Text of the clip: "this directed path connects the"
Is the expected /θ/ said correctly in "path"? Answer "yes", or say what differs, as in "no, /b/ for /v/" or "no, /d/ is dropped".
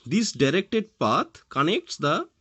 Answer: no, /t/ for /θ/